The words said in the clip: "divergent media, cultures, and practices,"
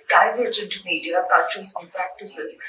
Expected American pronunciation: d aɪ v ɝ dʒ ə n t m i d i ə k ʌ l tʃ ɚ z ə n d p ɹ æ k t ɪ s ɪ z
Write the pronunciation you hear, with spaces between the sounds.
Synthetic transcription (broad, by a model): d aɪ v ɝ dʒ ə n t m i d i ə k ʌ tʃ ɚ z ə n p ɹ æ k t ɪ s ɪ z